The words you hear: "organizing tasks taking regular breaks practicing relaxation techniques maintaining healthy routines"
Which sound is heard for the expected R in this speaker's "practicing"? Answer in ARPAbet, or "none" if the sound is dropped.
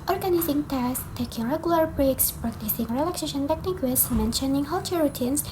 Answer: R